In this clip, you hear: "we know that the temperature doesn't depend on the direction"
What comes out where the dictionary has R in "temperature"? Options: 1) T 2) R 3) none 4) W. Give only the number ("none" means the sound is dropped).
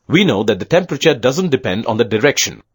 2